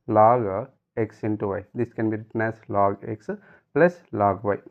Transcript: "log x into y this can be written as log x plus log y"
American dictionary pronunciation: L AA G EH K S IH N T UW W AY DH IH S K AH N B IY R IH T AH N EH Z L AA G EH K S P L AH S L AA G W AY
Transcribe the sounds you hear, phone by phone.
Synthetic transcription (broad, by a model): L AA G EH K S IH N T UW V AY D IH S K AH N B IY R IH T AH N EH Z L AA G EH K S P L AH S L AA G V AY